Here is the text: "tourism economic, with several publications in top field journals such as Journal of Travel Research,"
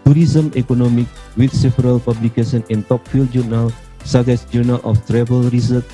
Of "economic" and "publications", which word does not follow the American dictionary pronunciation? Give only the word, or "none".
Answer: publications